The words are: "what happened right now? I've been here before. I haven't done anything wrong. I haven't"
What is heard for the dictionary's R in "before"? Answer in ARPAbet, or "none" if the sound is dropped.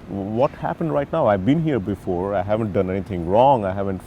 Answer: R